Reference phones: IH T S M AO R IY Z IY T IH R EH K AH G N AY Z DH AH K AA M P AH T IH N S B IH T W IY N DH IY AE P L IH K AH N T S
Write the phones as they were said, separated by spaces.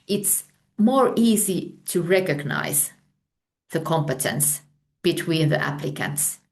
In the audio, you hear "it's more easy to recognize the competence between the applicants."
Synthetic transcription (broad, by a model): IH T S M AO R IY Z IY T IH R EH K AH G N AY Z DH AH K AA M P AH T IH N S B IH T W IY N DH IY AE P L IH K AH N T S